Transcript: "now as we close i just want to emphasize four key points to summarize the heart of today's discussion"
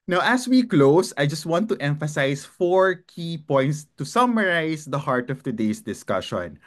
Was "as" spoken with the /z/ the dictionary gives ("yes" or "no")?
no